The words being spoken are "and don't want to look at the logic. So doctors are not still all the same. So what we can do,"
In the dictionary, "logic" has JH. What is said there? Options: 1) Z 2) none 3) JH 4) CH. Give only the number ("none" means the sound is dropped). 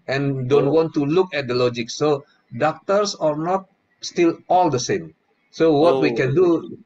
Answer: 3